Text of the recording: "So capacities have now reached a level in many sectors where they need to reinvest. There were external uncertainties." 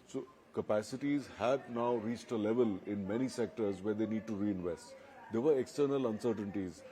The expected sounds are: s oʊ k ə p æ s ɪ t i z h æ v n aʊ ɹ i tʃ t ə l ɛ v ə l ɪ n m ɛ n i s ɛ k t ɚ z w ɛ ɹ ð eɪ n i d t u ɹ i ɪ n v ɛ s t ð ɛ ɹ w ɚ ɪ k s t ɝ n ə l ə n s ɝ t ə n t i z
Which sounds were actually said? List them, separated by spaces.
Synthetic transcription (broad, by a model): s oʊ k ə p æ s ɪ t i z h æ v n aʊ ɹ i tʃ t ə l ɛ v ə l ɪ n m ɛ n i s ɛ k t ɚ z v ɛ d eɪ n i d t u ɹ i ɪ n v ɛ s t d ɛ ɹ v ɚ ɪ k s t ɝ n ə l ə n s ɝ t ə n t i z